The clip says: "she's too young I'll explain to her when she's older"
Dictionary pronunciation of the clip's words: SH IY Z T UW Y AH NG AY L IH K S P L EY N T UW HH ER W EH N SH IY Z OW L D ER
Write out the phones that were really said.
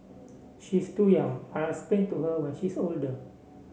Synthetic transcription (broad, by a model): SH IY S T UW Y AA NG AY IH S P EY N T UW HH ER W EH N SH IY S OW L D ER